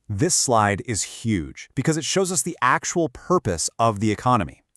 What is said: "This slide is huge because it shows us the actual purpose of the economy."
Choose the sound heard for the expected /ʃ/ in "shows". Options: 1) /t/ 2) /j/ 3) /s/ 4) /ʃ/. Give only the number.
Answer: 4